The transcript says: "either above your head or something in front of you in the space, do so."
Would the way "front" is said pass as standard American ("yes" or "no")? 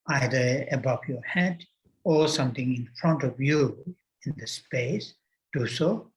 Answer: yes